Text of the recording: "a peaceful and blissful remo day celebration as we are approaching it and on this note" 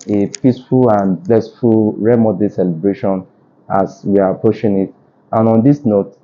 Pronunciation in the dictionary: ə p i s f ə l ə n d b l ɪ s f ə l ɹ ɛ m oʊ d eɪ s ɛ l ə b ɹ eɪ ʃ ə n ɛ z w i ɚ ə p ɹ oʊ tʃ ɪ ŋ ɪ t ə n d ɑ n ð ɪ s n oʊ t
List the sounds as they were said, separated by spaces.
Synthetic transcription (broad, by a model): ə p i s f ə l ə n b l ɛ s f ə l ɹ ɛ m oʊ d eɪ s ɛ l ə b ɹ eɪ ʃ ə n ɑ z w i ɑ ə p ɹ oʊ ʃ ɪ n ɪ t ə n ɑ n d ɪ s n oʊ t